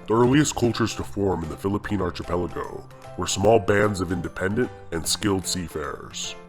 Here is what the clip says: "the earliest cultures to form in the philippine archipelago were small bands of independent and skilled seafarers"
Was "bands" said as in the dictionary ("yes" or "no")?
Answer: yes